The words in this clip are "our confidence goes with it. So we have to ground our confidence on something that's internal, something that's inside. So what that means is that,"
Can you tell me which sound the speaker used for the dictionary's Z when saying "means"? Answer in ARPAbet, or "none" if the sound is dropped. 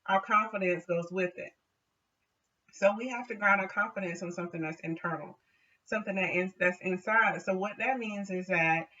Z